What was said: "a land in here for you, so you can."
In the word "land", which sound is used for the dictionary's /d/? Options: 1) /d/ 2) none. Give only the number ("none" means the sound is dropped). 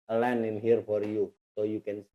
2